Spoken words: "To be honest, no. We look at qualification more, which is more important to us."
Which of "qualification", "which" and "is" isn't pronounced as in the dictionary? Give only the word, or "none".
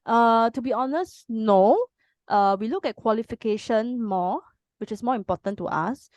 is